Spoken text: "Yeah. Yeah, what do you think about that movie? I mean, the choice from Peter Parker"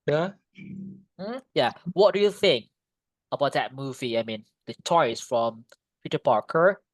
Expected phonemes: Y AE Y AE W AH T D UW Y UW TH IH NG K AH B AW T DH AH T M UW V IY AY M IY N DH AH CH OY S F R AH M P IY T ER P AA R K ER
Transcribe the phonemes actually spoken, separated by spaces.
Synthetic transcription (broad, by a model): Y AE Y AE W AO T D UW Y UW TH IH NG K AH B AW T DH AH T M UW V IY AY M IY N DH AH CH OY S F R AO M P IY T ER P AA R K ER